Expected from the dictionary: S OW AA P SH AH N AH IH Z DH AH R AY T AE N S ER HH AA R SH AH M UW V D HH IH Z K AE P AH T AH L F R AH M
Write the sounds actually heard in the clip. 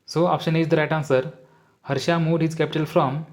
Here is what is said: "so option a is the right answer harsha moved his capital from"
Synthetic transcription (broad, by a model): S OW AA P SH AH N AH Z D AH R AY T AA N S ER HH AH R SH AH M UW D HH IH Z K AE P AH T AH L F R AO M